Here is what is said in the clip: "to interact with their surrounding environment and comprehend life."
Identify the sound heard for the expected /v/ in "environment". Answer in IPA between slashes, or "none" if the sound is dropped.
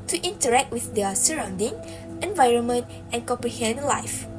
/v/